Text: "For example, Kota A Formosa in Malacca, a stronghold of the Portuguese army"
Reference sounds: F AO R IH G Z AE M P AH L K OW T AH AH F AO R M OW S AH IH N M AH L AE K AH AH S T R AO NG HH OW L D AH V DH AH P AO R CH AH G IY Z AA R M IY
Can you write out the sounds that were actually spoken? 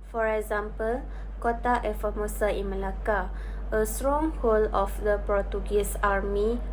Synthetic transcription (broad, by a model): F AO R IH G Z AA M P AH L K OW T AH AH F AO M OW S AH IH N M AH L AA K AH AH S T R AO NG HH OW L AH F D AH P AO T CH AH G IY S AA R M IY